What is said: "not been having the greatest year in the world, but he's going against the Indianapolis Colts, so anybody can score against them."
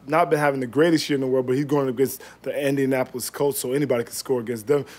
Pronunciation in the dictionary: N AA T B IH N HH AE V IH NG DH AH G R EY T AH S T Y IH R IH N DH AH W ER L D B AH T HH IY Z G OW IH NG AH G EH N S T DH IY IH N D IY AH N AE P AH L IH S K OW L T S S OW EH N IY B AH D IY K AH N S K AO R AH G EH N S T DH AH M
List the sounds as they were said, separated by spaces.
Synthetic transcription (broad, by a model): N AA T B IH N HH AE V IH NG DH AH G R EY T AH S T Y IH R IH N DH AH W ER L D B AH T HH IY Z G OW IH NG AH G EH N S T DH IY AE N D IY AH N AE P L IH S K OW T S S OW EH N IY B AH D IY K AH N S K AO R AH G EH N S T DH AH M